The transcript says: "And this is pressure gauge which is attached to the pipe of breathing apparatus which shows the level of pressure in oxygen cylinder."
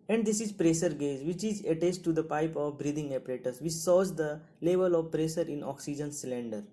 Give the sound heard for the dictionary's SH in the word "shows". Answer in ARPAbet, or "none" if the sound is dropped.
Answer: S